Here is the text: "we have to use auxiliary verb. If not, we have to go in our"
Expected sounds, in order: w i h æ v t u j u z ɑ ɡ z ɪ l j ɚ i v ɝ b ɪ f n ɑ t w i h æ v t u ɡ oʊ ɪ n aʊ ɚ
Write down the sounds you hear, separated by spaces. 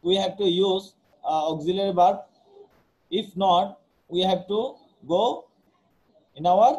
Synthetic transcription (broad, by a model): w i h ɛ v t u j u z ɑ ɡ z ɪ l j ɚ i b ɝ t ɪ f n ɑ t w i h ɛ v t u ɡ oʊ ɪ n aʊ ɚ